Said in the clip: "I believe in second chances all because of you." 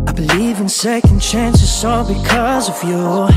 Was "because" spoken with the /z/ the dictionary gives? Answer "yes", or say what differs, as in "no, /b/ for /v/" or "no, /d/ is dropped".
yes